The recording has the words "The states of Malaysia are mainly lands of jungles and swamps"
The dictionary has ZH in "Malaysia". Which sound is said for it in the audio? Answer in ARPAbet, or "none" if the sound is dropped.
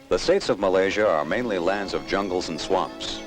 ZH